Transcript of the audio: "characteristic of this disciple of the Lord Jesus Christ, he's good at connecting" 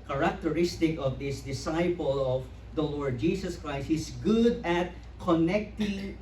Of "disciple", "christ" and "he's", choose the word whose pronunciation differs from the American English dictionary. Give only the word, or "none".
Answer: he's